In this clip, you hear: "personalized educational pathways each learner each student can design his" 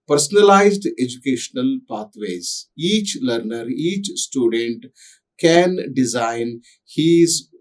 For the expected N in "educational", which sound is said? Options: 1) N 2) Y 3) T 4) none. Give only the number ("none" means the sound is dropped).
1